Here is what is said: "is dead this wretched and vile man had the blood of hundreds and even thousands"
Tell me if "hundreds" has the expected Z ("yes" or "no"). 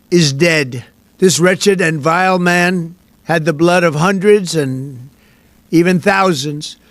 yes